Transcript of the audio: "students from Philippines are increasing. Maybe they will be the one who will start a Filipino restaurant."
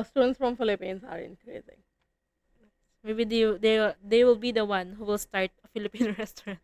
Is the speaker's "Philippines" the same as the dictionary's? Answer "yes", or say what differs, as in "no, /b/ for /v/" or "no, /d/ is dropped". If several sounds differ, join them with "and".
no, /s/ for /z/